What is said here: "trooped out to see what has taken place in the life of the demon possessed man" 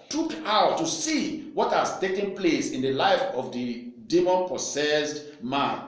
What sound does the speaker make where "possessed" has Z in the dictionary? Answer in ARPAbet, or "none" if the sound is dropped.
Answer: S